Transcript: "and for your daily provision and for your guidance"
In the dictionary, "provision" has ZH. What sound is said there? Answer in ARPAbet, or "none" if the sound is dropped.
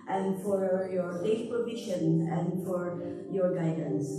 SH